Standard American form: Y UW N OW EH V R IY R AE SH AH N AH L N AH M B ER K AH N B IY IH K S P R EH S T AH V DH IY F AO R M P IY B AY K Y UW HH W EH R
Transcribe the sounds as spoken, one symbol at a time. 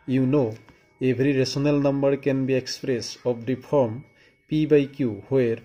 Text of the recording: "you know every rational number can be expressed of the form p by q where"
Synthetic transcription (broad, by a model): Y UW N OW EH B R IY R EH S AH N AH L N AH M B ER K AH N B IY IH K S P R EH S AH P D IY P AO R M P IY B AY K Y UW HH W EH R